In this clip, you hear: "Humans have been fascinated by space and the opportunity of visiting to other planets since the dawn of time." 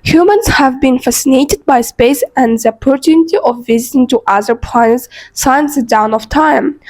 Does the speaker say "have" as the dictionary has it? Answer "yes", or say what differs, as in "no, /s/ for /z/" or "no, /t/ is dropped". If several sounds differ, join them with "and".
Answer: yes